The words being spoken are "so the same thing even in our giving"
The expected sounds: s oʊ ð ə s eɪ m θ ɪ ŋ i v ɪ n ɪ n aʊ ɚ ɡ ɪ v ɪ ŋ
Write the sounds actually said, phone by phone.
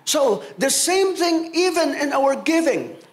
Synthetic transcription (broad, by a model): s oʊ ð ə s eɪ m θ ɪ ŋ i v ɪ n ɪ n aʊ ɚ ɡ ɪ v ɪ ŋ